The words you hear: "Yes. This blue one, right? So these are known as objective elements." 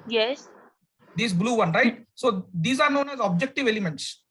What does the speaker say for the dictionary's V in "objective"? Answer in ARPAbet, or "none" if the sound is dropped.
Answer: V